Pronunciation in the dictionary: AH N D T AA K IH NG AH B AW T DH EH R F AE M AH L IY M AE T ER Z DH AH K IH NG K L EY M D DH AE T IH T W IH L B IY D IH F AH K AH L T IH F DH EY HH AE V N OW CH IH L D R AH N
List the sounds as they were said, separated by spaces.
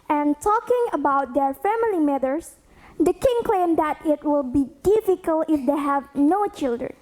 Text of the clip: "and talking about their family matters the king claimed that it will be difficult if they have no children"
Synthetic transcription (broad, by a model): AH N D T AA K IH NG AH B AW T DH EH R F AE M AH L IY M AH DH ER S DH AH K IH NG K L EY M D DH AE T IH T W IH L B IY D IH F AH K AH L T IH F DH EY HH AE V N OW CH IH L D R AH N